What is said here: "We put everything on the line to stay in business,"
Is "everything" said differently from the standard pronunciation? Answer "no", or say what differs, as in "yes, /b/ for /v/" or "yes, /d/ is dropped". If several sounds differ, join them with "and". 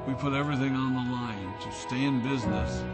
no